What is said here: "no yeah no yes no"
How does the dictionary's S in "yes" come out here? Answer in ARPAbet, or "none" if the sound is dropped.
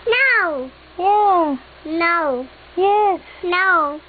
none